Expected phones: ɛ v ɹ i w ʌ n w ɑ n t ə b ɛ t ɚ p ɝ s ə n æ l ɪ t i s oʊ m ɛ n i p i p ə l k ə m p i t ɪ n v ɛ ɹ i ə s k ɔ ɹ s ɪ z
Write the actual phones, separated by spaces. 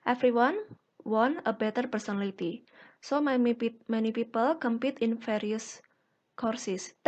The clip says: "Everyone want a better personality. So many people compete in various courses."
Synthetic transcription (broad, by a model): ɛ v ɹ i w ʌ n w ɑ n ə b ɛ t ɚ p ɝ s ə n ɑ l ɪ t i s oʊ m ɛ n i p i p ə l k ə m p i t ɪ n f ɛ ɹ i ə s k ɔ ɹ s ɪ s